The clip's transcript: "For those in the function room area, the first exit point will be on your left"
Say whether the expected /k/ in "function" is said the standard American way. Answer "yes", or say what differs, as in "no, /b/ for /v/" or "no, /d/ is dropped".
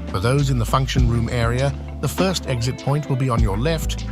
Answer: yes